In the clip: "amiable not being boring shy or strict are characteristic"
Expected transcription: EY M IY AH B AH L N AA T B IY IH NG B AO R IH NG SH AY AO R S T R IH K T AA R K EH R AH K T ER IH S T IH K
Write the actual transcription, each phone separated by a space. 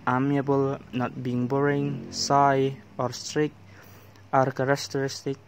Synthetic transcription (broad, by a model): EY M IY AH B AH L N AA T B IY IH NG B AO R IH NG S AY AO R S T R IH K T AA R K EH R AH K T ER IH S T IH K